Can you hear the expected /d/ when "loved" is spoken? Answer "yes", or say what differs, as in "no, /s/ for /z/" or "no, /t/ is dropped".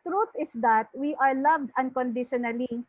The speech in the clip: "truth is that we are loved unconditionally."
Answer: yes